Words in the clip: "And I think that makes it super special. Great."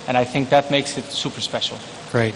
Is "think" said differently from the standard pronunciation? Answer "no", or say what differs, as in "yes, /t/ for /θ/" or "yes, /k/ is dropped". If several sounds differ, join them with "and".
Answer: no